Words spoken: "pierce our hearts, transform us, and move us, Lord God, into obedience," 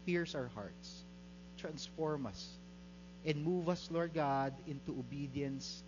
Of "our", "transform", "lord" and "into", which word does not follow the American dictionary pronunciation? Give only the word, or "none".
none